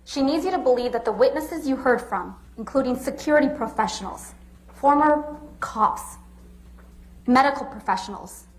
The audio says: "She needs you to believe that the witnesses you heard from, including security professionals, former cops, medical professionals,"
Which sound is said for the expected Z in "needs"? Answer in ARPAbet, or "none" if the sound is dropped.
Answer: Z